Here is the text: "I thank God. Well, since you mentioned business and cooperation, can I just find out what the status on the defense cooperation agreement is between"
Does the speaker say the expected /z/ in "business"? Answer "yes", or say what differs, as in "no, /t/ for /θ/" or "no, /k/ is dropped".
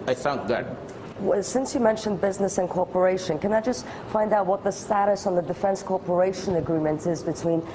yes